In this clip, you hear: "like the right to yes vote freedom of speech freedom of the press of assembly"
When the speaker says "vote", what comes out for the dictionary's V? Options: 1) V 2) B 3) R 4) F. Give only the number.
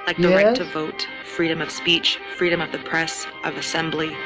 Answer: 1